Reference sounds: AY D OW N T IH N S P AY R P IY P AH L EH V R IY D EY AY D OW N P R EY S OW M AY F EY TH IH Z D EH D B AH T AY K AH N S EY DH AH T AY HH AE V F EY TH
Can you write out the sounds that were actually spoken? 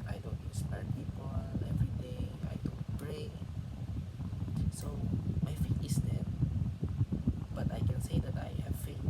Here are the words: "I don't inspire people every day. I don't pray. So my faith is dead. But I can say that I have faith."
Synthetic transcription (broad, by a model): AY D OW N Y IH S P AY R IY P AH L EH V R IY D EY AY D OW N P R EY S OW M AY F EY T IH S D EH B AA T AY K AH N S EY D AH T AY HH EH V F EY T